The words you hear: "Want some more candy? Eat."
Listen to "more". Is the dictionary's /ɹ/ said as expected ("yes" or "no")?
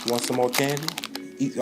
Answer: no